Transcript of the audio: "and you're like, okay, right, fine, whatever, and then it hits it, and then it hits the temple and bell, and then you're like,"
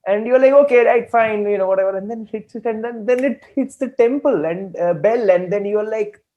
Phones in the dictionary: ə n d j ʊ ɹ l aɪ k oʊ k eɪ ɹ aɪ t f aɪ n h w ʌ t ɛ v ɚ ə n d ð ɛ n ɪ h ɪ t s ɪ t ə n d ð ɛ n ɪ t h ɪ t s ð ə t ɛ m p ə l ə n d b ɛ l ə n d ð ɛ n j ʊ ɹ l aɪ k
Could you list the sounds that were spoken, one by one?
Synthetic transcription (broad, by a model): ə n d j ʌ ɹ l aɪ k oʊ k eɪ ɹ aɪ t f aɪ n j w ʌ t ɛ v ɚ ə n d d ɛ n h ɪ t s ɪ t ə n d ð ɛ n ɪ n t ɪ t s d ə t ɛ m p ə l ə n d b ɛ l ə n d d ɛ n j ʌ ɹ l aɪ k